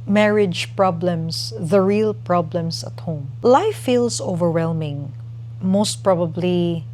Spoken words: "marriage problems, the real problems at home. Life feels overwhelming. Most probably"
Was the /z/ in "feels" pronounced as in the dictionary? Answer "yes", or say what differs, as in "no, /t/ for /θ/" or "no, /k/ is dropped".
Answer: no, /s/ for /z/